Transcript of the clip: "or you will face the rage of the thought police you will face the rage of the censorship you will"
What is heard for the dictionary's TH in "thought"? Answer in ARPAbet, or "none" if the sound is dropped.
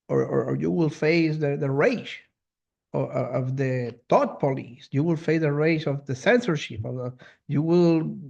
T